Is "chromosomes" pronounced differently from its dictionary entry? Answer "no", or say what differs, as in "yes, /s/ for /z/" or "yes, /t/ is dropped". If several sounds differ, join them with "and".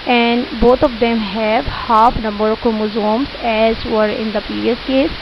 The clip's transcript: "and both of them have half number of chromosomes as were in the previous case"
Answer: yes, /ɹ/ is dropped